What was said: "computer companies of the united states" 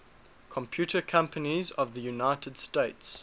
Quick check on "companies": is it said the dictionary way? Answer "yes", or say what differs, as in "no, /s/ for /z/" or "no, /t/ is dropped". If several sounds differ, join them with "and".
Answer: yes